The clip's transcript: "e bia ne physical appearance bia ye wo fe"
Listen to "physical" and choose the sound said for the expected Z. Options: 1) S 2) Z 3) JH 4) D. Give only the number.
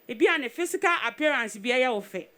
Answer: 1